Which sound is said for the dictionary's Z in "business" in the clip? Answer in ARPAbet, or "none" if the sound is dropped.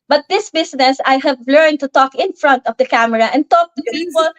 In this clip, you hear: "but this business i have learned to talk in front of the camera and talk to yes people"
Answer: S